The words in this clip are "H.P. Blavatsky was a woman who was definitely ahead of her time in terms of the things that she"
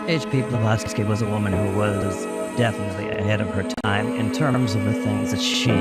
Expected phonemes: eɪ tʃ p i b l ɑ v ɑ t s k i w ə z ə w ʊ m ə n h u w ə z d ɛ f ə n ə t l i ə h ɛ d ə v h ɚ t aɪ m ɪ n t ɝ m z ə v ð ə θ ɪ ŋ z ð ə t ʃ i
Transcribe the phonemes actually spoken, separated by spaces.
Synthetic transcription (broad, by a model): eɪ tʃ p i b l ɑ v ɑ s s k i w ə z ə w ʊ m ə n h u w ə z d ɛ f ə n ə t l i ə h ɛ d ə v ɚ t aɪ m ɪ n t ɝ m z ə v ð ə θ ɪ ŋ z ð ə t ʃ i